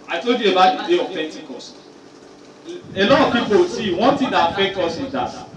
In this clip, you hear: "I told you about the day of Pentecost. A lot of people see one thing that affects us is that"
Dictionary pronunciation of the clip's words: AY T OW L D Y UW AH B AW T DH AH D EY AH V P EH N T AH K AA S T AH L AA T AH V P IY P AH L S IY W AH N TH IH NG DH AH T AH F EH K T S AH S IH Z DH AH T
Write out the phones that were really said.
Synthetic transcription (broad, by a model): AY T OW L D Y UW AH B AW T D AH D EY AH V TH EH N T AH K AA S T AH L AA T AH V P IY P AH W S IY W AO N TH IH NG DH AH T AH F EH K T AO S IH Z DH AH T